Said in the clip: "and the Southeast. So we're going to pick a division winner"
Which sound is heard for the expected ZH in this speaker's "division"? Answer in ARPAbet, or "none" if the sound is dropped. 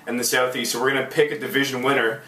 ZH